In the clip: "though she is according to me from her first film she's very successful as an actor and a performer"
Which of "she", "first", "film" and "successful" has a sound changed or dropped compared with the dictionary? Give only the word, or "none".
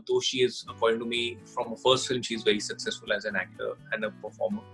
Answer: none